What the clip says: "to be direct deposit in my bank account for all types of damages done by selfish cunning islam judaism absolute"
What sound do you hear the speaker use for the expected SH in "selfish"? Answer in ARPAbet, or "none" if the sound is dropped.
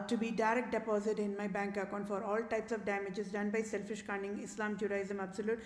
SH